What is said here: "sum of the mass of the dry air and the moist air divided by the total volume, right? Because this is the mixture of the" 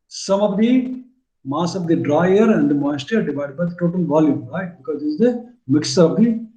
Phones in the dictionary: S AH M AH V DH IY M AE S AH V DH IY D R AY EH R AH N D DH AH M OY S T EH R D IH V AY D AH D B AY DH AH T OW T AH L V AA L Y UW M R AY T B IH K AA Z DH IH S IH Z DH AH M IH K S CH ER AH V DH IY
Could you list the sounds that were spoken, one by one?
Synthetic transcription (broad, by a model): S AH M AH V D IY M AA S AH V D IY D R AY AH R AH N D M OY S T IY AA D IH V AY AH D B AY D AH T OW T AH L V AA L Y UW M R AY T B IH K AA Z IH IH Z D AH M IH K S ER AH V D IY